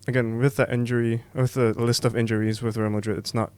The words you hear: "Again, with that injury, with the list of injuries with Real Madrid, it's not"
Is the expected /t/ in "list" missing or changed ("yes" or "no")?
no